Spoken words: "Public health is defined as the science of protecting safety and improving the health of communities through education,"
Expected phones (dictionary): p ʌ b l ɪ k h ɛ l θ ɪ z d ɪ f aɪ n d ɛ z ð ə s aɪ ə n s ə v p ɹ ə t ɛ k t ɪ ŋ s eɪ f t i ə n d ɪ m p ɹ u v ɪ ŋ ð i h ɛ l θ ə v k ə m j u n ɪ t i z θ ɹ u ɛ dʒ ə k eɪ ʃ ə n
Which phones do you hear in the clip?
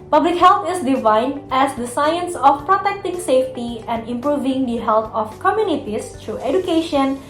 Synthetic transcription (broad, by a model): p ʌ b l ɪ k h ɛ l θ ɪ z d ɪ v aɪ n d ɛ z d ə s aɪ ə n s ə f p ɹ ə t ɛ k t ɪ ŋ s eɪ f t i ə n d ɪ m p ɹ u v ɪ ŋ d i h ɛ l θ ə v k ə m j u n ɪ t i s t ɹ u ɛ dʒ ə k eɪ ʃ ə n